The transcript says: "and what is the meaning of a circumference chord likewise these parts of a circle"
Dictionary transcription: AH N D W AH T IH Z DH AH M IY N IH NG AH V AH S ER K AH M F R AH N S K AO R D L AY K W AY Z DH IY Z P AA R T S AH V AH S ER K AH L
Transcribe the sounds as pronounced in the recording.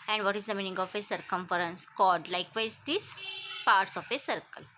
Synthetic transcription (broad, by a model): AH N D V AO T IH Z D AH M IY N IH NG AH F AH S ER K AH M F R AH N S K AO L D L AY K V AY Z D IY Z P AA R T S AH F AH S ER K AH L